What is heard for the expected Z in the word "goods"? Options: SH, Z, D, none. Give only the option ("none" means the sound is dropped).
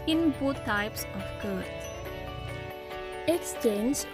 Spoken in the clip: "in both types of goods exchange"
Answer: none